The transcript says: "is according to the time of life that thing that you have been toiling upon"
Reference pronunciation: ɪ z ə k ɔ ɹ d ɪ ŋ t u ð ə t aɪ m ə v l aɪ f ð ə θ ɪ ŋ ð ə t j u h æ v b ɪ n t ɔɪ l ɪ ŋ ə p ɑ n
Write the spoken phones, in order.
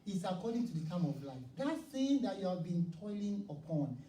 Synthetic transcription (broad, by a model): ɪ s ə k ɔ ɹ d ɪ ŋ t u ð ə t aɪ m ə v l aɪ f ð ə s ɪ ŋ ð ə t j u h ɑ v b ɪ n t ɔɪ l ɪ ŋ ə p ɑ n